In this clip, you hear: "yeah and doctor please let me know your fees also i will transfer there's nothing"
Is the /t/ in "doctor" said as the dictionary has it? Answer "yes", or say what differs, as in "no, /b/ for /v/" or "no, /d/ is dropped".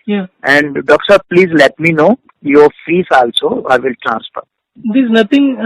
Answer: no, /s/ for /t/